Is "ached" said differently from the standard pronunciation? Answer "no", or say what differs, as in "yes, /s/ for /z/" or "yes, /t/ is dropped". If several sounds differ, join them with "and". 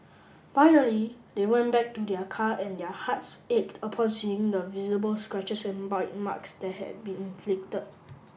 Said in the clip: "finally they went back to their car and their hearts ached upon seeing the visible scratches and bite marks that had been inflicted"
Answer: no